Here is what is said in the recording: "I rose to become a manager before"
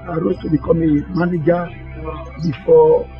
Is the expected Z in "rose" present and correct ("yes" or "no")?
no